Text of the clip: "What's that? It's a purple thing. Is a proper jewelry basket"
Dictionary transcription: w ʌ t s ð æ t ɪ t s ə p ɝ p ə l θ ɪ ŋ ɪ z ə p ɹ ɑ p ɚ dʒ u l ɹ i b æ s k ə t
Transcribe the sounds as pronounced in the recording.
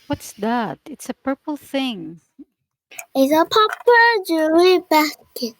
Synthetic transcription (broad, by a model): w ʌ t s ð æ t ɪ t s ə p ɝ p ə l θ ɪ ŋ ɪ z ə p ɑ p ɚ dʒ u ɹ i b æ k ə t